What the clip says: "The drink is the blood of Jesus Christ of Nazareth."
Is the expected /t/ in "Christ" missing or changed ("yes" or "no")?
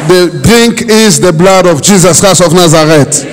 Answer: yes